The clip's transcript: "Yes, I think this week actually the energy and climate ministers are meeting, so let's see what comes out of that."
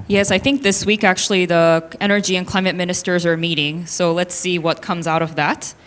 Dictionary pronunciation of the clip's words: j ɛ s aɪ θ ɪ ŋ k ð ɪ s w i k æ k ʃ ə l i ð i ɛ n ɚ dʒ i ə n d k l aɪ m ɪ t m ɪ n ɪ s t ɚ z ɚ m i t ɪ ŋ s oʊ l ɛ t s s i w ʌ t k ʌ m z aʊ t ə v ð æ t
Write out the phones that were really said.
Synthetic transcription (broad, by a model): j ɛ s aɪ θ ɪ ŋ k ð ɪ s w i k æ k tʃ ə l i ð i ɛ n ɚ dʒ i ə n k l aɪ m ɪ t m ɪ n ɪ s t ɚ z ɚ m i t ɪ ŋ s oʊ l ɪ t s s i w ʌ t k ʌ m z aʊ t ə v ð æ t